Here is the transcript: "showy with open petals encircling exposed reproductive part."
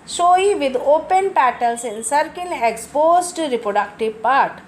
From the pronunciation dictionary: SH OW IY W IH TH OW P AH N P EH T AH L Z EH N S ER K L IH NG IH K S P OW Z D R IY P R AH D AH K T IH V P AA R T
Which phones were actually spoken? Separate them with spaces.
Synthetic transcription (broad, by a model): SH OW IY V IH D OW P AH N P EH T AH L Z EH N S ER K IH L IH K S P OW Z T R IY P R AH D AH K T IH V P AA R T